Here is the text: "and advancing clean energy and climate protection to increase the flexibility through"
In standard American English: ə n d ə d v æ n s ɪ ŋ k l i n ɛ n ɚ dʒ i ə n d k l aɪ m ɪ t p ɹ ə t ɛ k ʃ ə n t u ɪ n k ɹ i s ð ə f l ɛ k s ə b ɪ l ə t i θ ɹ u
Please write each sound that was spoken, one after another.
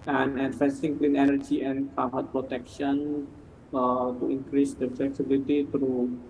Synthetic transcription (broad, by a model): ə n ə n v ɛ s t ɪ ŋ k l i n ɛ n ɚ dʒ i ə n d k aɪ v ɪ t p ɹ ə t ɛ k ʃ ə n t u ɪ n k ɹ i s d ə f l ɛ k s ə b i l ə t i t ɹ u